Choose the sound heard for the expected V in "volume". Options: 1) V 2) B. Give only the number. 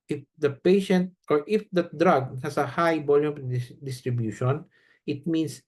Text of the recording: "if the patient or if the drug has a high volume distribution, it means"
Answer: 2